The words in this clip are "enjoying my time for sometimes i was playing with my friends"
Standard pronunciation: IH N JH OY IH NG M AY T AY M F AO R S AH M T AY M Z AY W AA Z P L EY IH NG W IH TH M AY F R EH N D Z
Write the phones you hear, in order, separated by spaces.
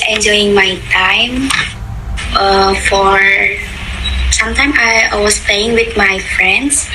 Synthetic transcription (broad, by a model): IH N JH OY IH NG M AY T AY M F AO R S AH M T AY M AY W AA S P L EY IH NG W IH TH M AY F R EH N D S